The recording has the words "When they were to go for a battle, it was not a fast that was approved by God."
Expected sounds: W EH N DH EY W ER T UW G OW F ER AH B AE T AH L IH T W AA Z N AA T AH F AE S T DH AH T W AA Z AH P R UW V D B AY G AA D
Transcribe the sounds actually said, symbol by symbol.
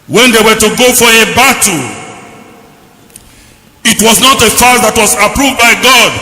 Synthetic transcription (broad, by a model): W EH N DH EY W ER T UW G OW F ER AH B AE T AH IH T W AA Z N AA T AH F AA T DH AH T W AA Z AH P R UW V D B AY G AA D